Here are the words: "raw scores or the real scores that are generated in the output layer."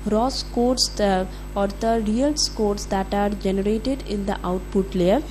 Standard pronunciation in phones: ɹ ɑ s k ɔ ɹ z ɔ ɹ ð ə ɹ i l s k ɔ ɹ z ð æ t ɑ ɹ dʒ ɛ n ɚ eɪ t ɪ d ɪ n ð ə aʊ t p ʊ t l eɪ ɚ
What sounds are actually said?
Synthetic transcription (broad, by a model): ɹ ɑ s k ɔ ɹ s ɔ ɹ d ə ɹ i l s k ɔ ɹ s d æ t ɑ ɹ dʒ ɛ n ɚ eɪ t ɪ d ɪ n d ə aʊ t p ʊ t l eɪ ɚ